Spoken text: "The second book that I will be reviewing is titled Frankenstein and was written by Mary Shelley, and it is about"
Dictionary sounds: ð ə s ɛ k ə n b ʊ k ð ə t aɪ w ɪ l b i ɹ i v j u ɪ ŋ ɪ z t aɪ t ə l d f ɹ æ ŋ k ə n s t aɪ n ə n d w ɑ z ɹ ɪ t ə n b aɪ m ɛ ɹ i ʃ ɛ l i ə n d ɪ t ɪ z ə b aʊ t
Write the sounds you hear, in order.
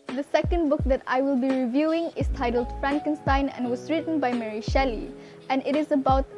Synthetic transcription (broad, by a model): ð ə s ɛ k ə n b ʊ k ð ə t aɪ w ɪ l b i ɹ i v j u ɪ ŋ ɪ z t aɪ t ə l d f ɹ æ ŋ k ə n s t aɪ n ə n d w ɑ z ɹ ɪ t ə n b aɪ m ɛ ɹ i ʃ ɛ l i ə n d ɪ t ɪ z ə b aʊ t